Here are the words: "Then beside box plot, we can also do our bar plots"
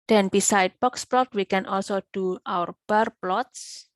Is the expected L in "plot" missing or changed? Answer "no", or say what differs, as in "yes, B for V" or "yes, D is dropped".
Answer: no